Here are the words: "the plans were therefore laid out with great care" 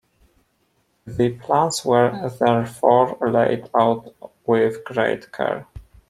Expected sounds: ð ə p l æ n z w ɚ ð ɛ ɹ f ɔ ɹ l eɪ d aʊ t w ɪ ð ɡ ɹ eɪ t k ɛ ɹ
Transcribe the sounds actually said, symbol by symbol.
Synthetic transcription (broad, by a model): ð ə p l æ n s w ɚ ð ɛ ɹ f ɔ ɹ l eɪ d aʊ t w ɪ ð ɡ ɹ eɪ t k ɛ ɹ